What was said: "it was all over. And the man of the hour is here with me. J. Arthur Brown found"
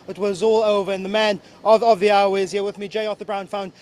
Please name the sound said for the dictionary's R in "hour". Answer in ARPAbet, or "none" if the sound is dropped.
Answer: W